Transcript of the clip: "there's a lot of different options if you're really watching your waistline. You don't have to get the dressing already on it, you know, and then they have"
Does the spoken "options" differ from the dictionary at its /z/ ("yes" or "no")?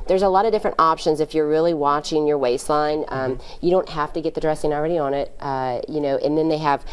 no